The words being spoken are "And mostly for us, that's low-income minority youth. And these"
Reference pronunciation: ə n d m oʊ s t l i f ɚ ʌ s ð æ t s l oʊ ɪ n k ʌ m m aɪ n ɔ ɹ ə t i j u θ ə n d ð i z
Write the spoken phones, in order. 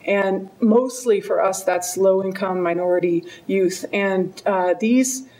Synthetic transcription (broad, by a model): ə n m oʊ s t l i f ɚ ʌ s ð æ t s l oʊ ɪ n k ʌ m m aɪ n ɔ ɹ ə t i j u θ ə n ð i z